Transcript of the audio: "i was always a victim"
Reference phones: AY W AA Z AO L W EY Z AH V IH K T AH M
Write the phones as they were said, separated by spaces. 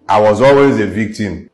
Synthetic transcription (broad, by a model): AY W AA Z AO L W EY Z AH V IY K T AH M